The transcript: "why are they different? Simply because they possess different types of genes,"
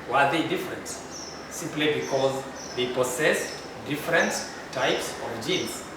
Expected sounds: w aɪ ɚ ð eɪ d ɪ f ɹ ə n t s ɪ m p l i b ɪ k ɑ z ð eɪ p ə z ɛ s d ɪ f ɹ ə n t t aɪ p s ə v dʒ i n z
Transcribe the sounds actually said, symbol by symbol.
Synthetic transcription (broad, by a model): w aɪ ɚ ð eɪ d ɪ f ɹ ə n t s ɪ m p l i b ɪ k ɑ z ð eɪ p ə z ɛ s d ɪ f ɹ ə n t t aɪ p s ə v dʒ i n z